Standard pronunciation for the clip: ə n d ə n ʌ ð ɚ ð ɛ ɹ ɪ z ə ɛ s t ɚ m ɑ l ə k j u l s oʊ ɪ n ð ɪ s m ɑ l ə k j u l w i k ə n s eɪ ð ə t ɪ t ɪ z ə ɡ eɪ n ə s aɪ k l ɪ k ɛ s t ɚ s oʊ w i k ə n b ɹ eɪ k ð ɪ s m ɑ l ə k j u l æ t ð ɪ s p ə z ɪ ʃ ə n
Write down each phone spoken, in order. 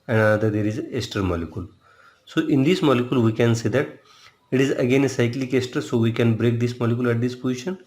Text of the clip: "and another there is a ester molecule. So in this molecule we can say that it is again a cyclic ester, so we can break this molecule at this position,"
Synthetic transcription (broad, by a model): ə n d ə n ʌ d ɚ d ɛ ɹ ɪ z ə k s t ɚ m ɑ l ə k j u l s oʊ ɪ n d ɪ s m ɑ l ə k j u l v i k ə n s eɪ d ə t ɪ t ɪ z ə ɡ eɪ n ə s aɪ k l ɪ k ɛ s t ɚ s oʊ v i k ə n b ɹ eɪ k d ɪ s m ɑ l ə k j u l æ t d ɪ s p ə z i ʃ ə n